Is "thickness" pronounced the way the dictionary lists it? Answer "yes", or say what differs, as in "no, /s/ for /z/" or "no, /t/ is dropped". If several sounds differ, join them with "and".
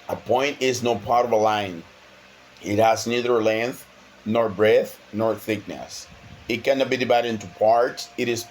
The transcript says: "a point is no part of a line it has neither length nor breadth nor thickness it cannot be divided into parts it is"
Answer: yes